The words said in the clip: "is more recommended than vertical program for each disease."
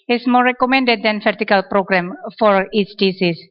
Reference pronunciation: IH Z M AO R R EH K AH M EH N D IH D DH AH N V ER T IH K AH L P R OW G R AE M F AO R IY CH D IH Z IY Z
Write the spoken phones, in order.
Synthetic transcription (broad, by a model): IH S M AO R R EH K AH M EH N D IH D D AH N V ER T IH K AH L P R OW G R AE M F AO R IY S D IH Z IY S